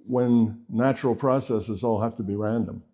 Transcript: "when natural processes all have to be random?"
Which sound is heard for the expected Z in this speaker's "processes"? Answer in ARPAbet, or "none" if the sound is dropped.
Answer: Z